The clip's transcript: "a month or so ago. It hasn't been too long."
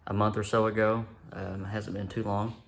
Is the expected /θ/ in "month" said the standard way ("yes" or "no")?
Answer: yes